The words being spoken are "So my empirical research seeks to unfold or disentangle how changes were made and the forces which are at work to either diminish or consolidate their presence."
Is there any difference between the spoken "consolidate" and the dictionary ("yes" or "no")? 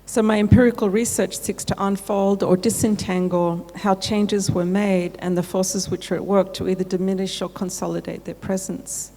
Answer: no